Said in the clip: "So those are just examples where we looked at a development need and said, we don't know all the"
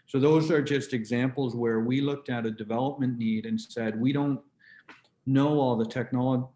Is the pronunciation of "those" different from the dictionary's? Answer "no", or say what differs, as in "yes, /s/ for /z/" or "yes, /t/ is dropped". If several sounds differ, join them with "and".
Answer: no